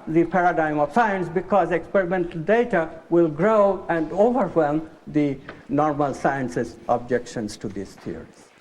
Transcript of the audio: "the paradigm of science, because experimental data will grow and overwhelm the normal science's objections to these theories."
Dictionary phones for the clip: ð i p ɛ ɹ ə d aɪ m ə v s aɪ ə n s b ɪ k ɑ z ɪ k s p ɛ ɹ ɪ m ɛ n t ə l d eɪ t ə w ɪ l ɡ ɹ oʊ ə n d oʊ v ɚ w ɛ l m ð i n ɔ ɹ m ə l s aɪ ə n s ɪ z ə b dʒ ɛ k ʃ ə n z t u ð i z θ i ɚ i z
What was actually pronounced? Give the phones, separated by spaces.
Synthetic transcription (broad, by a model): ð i p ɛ ɹ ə d aɪ m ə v s aɪ ə n s b ɪ k ɑ z ɪ k s p ɛ ɹ ɪ m ɛ n t ə l d eɪ t ə w ɪ l ɡ ɹ oʊ ə n d oʊ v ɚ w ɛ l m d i n ɔ ɹ m ə l s aɪ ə n s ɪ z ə b dʒ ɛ k ʃ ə n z t u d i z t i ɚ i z